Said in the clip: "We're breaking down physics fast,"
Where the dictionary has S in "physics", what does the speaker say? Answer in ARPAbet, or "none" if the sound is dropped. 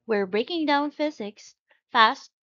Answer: S